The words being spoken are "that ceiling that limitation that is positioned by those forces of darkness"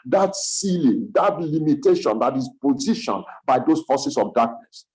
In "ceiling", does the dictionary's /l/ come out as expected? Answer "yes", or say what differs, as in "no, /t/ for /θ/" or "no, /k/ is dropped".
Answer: yes